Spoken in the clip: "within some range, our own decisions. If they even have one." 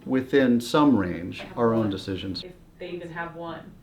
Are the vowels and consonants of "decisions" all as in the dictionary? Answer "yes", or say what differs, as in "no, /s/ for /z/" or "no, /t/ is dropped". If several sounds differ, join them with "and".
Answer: yes